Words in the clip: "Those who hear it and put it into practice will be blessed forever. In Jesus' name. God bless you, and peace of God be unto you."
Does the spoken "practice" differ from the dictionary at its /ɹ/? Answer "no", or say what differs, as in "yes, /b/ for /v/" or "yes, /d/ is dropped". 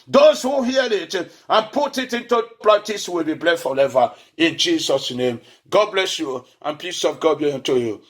yes, /l/ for /ɹ/